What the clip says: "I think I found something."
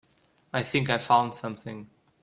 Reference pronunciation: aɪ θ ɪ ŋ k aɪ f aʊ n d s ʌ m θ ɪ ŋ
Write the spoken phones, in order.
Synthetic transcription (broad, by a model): aɪ θ ɪ ŋ k aɪ f aʊ n d s ʌ m θ ɪ ŋ